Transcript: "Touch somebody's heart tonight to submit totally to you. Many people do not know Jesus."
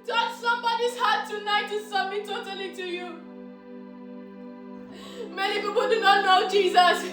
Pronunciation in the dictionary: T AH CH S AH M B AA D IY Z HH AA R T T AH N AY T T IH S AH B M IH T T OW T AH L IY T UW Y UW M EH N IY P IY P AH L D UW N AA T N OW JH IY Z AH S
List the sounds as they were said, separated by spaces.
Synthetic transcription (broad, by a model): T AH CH S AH M B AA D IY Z HH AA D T T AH N AY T T IH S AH M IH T T OW T AH L IY T UW Y UW M EH N IY P IY P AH L D UW N AA T N OW JH IY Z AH S